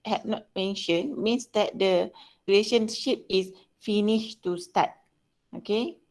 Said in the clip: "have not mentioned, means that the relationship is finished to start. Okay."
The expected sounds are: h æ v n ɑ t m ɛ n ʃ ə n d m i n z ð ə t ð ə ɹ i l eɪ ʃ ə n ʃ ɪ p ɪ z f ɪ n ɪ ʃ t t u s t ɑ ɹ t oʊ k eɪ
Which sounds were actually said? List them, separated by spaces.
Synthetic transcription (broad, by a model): h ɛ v n ɑ t m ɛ n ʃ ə n m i n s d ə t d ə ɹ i l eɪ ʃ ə n ʃ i p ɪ s f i n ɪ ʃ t t u s t ɑ t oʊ k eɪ